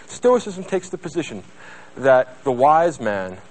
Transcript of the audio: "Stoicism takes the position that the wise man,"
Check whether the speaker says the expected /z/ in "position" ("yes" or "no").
yes